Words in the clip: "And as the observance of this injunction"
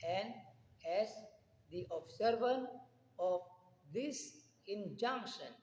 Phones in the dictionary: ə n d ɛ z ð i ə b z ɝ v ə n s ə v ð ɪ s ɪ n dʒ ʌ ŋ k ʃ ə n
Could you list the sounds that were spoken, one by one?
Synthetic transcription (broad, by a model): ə n d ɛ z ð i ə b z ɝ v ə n ə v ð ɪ s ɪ n dʒ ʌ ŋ k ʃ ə n